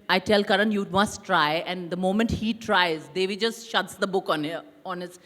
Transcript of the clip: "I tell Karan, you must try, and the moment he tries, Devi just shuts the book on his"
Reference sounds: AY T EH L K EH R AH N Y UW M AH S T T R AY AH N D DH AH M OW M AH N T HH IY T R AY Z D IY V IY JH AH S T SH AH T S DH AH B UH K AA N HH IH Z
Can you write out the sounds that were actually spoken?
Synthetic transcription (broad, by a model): AY T EH L K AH R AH N Y UW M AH S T T R AY AH N D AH M OW M AH N T HH IY T R AY Z D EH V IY JH AH S T SH AH T S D AH B UH K AA N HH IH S